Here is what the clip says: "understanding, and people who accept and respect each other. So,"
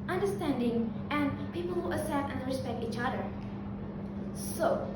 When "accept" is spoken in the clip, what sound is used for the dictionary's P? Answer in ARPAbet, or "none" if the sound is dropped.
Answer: none